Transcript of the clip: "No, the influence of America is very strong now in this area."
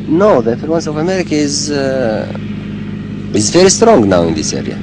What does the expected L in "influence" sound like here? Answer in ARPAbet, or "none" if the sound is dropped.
none